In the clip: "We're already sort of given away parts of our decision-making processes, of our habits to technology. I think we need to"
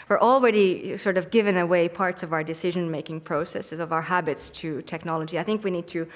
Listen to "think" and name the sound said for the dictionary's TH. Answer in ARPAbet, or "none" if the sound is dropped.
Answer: TH